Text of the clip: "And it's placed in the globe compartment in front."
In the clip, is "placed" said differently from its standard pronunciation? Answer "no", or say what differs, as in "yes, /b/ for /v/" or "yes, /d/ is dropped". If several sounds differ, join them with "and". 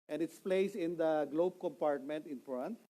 yes, /t/ is dropped